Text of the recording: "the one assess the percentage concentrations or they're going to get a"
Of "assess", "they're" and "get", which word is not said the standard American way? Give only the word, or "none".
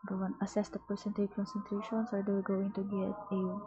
they're